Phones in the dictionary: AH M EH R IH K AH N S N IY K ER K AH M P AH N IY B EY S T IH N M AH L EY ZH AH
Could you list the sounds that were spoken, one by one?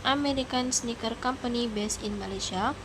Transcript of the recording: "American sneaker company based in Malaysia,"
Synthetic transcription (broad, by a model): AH M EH R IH K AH N S N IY K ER K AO M P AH N IY B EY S IH N M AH L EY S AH